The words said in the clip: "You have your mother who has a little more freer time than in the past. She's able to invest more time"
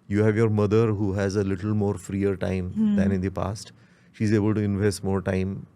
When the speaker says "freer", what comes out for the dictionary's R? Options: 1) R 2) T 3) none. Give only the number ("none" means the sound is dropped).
1